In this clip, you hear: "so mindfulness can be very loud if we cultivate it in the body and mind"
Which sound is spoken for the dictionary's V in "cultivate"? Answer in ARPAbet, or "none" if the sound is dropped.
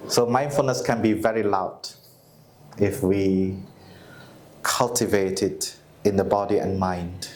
V